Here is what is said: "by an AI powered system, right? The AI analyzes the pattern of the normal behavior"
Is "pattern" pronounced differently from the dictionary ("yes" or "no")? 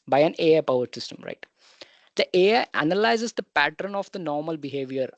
no